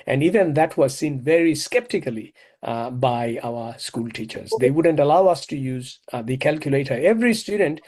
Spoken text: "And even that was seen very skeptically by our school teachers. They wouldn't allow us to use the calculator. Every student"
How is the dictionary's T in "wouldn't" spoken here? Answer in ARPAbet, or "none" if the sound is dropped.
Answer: T